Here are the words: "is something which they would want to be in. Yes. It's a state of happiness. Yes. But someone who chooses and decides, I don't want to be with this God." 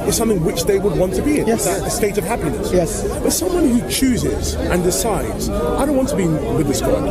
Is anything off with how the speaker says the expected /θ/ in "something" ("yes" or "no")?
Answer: no